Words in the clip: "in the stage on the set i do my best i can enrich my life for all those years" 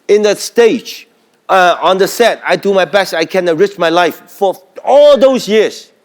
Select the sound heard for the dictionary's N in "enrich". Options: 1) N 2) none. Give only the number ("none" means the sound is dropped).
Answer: 2